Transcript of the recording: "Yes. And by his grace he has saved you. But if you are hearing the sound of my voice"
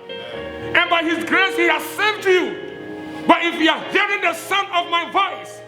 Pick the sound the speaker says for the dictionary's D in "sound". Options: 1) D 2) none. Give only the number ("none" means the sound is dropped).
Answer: 2